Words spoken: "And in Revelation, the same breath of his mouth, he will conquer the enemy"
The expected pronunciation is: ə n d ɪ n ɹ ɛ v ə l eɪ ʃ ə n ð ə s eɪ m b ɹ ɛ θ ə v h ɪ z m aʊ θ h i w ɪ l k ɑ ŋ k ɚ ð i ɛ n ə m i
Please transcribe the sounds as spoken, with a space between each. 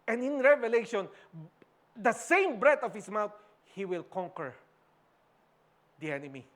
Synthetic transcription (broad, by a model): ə n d ɪ n ɹ ɛ v ə l eɪ ʃ ə n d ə s eɪ m b ɹ ɛ t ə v h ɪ s m aʊ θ h i w ɪ l k ɑ ŋ k ɚ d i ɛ n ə m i